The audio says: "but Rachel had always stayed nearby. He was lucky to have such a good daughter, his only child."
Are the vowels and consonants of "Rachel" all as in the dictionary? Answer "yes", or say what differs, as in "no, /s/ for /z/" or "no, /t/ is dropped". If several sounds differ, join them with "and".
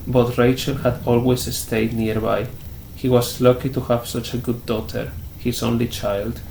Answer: yes